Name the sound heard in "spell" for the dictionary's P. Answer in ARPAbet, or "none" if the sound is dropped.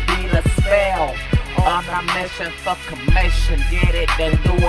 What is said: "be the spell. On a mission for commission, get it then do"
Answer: none